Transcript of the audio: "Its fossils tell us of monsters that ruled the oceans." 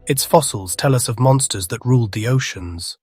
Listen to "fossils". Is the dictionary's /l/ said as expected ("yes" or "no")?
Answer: yes